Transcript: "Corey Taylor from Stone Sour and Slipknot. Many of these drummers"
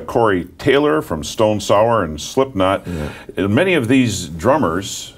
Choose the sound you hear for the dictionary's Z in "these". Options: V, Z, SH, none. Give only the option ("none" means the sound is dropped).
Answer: Z